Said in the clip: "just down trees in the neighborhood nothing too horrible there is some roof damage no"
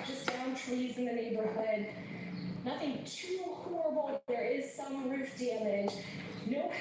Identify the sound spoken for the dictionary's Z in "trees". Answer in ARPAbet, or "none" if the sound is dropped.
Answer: Z